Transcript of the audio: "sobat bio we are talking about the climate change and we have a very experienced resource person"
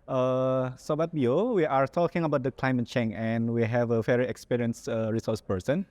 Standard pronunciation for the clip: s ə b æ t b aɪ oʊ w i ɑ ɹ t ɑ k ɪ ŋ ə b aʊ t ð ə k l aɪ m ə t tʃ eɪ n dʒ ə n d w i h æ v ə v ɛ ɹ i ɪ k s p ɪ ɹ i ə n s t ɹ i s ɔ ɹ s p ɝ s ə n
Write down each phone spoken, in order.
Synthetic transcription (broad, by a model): s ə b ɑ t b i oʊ w i ɑ ɹ t ɑ k ɪ ŋ ə b aʊ t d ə k l aɪ m ə t tʃ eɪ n ə n w i h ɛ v ə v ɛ ɹ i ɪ k s p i ɹ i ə n s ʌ ɹ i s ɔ s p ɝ s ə n